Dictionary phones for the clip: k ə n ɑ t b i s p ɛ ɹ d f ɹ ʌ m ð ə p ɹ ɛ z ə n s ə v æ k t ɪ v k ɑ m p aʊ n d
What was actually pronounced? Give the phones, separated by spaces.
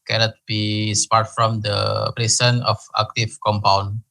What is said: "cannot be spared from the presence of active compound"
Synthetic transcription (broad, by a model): k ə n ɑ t b i s p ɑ ɹ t f ɹ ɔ m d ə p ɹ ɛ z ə n ə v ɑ k t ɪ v k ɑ m p aʊ n